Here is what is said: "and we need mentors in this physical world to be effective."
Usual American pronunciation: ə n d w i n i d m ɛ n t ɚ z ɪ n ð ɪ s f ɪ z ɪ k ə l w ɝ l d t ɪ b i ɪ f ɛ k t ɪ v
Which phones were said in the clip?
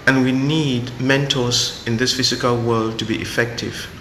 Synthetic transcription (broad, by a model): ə n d w i n i d m ɛ n t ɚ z ɪ n ð ɪ s f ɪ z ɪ k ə l w ɝ l d t ɪ b i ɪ f ɛ k t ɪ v